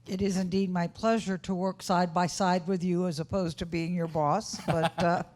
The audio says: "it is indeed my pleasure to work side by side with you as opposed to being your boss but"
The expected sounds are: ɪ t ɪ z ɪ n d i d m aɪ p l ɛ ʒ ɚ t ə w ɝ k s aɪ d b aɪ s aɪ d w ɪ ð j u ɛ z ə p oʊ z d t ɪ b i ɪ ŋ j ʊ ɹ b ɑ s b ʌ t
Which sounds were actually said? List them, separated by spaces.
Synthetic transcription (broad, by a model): ɪ t ɪ z ɪ n d i d m aɪ p l ɛ ʒ ɚ t ə w ɝ k s aɪ d b aɪ s aɪ d w ɪ ð j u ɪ z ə p oʊ z t ɪ b i ɪ ŋ j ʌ ɹ b ɑ s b ʌ t